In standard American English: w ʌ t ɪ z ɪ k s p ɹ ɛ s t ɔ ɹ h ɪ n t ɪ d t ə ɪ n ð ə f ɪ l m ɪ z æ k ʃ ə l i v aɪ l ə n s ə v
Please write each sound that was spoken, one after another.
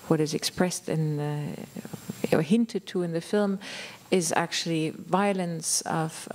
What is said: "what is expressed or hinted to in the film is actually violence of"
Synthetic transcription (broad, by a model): w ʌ t ɪ z ɪ k s p ɹ ɛ s t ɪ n h ɪ n t ɪ d t ə ɪ n ð ə f ɪ l m ɪ z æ k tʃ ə l i v aɪ l ə n s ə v